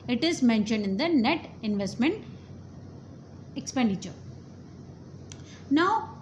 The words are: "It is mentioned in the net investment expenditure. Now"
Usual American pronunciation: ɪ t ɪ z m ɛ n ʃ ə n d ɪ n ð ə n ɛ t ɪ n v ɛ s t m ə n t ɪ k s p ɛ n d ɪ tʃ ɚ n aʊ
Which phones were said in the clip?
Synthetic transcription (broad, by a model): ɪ t ɪ z m ɛ n ʃ ə n d ɪ n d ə n ɛ t ɪ n v ɛ s t m ə n t ɪ k s p ɛ n d ɪ tʃ ɚ n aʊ